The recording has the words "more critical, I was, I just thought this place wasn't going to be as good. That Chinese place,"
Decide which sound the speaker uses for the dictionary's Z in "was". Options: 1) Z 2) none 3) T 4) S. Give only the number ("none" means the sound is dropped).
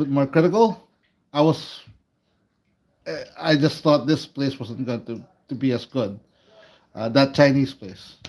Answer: 4